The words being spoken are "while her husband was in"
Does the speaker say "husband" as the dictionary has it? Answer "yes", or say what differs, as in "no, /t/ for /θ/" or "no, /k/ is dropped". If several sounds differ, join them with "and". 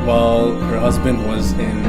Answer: yes